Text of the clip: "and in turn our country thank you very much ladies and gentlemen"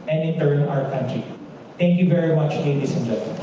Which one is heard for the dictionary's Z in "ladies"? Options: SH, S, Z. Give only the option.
S